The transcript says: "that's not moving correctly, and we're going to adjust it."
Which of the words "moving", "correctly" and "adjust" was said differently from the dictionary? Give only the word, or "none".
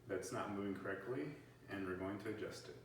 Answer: none